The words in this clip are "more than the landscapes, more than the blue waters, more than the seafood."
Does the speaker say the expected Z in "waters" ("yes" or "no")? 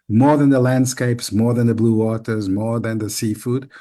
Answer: yes